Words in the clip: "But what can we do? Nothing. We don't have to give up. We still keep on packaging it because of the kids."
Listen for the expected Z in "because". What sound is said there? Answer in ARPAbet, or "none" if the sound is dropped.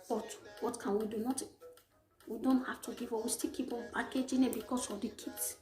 S